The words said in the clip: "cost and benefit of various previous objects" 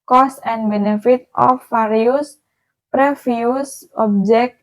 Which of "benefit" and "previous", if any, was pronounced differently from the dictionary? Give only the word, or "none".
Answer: previous